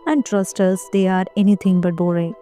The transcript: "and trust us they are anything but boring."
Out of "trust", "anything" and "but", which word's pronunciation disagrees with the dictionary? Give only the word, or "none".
anything